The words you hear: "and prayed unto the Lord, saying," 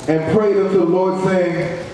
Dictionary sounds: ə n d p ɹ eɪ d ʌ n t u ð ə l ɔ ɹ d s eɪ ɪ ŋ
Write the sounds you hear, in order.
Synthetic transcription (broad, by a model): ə n p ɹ eɪ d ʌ t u ð ə l ɔ ɹ d s eɪ ɪ ŋ